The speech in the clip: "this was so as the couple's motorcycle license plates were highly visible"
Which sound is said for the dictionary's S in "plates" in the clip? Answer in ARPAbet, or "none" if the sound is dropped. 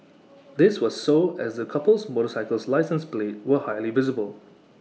none